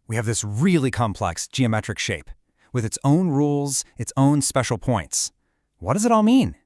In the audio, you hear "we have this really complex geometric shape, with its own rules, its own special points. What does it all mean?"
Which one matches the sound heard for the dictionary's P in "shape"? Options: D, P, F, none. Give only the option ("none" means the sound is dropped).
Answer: P